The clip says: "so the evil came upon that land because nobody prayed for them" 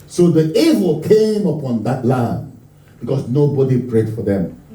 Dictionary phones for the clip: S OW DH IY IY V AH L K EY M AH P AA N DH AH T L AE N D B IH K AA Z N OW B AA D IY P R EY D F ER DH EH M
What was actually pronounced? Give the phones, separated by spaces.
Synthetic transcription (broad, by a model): S OW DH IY IY V AH L K EY M AH P AA N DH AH T L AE N D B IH K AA S N OW B AA D IY P R EY D F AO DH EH M